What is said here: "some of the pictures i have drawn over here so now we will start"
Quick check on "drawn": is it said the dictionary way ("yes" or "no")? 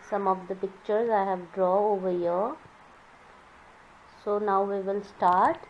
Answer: no